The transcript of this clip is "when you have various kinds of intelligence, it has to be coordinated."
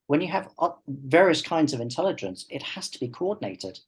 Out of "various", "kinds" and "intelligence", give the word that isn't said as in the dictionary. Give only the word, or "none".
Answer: none